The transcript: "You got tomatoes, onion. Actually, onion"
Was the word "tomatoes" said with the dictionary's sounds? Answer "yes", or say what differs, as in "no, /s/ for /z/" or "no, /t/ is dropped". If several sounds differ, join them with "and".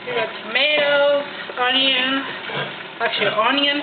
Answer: no, /z/ is dropped